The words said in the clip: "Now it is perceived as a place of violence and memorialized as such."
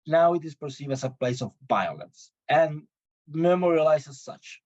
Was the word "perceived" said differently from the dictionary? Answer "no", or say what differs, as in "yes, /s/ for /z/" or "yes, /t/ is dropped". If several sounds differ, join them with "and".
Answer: yes, /d/ is dropped